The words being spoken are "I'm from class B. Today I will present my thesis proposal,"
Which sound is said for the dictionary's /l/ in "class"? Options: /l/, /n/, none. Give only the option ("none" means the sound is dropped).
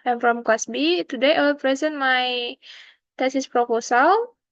none